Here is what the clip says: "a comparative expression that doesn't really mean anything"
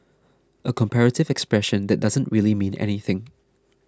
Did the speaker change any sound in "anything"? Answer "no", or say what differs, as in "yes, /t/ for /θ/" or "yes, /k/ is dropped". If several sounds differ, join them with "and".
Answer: no